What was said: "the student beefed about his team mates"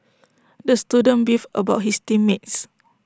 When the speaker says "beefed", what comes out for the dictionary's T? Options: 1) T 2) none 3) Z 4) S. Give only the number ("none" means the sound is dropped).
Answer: 2